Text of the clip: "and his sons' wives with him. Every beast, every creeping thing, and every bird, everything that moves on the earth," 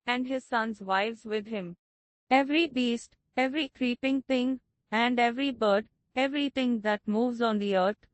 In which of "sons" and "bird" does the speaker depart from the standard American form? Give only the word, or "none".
none